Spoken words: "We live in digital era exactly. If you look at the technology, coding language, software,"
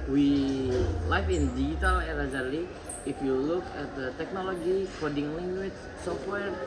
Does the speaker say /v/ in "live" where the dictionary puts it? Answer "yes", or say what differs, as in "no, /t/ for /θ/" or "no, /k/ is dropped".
no, /f/ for /v/